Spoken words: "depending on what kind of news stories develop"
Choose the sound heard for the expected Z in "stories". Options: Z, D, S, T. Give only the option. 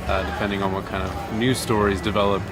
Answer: Z